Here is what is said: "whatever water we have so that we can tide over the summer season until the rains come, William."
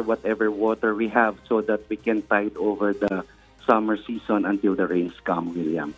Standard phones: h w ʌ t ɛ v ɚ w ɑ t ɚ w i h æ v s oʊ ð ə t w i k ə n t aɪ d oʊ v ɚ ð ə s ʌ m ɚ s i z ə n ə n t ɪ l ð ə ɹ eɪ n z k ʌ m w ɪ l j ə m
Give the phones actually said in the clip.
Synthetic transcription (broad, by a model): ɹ w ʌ t ɛ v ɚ w ɑ t ɚ w i h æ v s oʊ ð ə t w i k ə n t aɪ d oʊ v ɚ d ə s ʌ m ɚ s i s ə n ə n t ɪ l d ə ɹ eɪ n s k ʌ m w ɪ l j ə m